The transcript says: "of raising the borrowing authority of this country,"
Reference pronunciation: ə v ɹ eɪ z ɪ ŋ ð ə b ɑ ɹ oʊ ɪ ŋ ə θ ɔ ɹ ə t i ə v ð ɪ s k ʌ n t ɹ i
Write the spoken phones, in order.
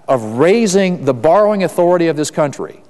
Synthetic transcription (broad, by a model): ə v ɹ eɪ z ɪ ŋ ð ə b ɑ ɹ oʊ ɪ ŋ ə θ ɔ ɹ ə t i ə v ð ɪ s k ʌ n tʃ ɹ i